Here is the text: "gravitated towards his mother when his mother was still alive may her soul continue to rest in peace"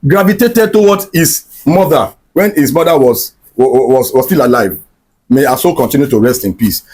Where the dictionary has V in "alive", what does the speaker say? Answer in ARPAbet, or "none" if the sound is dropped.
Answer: V